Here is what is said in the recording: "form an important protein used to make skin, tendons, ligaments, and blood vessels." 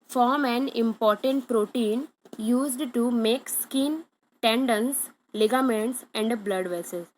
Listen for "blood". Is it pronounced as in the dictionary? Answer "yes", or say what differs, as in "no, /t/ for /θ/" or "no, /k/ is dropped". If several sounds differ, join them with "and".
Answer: yes